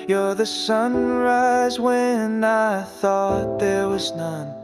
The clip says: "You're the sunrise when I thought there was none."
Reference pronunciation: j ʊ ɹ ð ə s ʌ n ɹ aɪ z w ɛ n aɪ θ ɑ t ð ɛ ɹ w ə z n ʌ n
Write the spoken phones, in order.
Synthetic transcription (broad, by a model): j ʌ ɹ ð ə s ʌ n ɹ aɪ z w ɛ n aɪ θ ɑ t ð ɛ ɹ w ə z n ʌ n